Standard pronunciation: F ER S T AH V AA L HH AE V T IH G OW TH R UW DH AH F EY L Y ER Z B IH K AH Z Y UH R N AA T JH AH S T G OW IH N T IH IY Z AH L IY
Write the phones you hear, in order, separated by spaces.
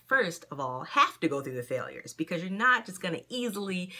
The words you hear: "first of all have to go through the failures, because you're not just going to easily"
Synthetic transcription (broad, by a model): F ER S T AH V AA L HH AE F T IH G OW TH R UW DH AH F EY L Y ER Z B IH K AH Z Y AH R N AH T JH AH S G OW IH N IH IY Z L IY